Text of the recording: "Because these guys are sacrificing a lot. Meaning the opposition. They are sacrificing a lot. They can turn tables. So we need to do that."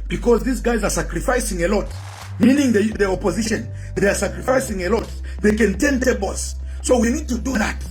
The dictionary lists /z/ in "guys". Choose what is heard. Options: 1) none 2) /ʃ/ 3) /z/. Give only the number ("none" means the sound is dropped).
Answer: 3